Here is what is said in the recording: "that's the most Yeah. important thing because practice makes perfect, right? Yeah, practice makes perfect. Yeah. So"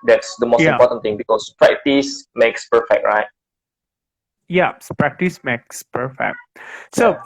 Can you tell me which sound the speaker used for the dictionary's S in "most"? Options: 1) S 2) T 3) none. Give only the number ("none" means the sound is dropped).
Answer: 3